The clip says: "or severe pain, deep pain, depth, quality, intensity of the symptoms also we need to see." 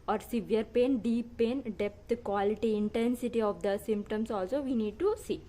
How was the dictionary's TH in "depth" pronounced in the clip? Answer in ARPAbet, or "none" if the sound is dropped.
T